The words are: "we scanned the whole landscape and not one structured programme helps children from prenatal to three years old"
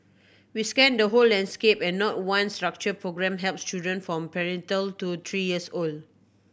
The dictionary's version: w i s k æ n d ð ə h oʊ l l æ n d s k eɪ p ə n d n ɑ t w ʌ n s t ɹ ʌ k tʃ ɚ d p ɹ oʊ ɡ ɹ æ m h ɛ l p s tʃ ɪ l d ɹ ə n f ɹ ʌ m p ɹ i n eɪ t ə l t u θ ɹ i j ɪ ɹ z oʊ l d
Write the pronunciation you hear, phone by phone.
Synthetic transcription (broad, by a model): w i s k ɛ n d ə h oʊ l l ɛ n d s k eɪ p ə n n ɑ t w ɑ n s t ɹ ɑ k tʃ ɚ p ɹ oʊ ɡ ɹ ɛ m h ɛ l p s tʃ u d ə n f ɹ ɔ m p ɹ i n t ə l t u t ɹ i j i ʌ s oʊ l d